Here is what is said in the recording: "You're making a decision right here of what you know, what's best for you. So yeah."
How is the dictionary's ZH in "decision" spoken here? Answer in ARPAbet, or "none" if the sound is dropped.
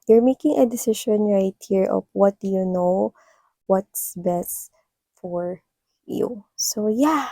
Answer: SH